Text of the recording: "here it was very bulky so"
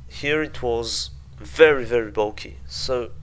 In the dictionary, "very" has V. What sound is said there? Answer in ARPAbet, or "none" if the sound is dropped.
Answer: V